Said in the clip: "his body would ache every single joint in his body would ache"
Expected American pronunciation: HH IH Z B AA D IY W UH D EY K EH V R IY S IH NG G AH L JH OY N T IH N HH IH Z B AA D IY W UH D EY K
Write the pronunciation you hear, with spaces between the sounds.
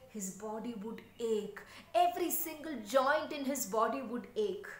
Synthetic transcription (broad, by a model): HH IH Z B AA D IY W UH D EY K EH V R IY S IH NG G AH L JH OY N T IH N HH IH Z B AA D IY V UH D EY K